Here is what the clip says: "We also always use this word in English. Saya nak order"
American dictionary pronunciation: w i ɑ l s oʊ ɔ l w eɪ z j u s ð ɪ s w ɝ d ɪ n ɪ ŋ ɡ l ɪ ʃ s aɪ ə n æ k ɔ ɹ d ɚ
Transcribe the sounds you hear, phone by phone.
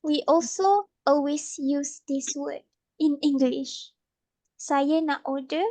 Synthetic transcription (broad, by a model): w i ɑ l s oʊ ɔ l w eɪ s j u s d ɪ s w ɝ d ɪ n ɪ ŋ ɡ l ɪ ʃ s aɪ ə n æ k ɔ d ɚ